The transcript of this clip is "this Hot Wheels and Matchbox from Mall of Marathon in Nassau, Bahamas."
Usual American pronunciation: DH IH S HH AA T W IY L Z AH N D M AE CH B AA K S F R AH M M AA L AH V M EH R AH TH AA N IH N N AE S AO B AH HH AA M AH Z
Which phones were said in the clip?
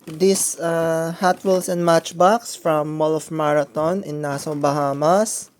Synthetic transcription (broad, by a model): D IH S HH AA T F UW L S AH N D M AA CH B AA K S F R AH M M AA L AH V M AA R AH T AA N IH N N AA S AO B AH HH AA M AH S